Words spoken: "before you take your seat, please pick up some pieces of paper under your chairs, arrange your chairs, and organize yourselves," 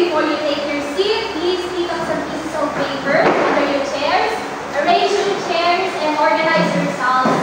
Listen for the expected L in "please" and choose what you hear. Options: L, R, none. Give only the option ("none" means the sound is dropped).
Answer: L